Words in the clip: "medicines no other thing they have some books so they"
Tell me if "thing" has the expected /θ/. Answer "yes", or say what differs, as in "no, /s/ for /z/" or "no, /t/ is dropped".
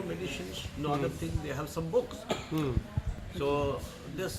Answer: no, /t/ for /θ/